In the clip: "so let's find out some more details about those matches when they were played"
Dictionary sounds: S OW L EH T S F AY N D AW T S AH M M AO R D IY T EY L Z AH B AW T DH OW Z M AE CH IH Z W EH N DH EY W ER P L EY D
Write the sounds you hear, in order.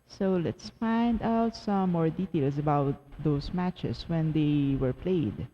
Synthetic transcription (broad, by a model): S OW L EH T S F AY N D AW T S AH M M AO R D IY T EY L S AH B AW T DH OW S M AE CH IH S W EH N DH EY W ER P L EY D